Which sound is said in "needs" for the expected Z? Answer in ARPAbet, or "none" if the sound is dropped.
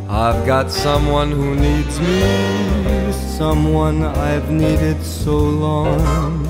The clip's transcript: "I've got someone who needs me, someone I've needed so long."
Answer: Z